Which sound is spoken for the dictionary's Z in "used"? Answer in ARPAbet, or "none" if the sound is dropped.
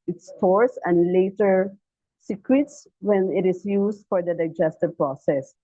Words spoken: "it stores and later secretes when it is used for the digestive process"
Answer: S